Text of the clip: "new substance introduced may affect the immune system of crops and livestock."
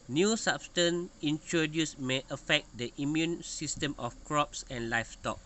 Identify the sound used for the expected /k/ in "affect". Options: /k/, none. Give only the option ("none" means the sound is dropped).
/k/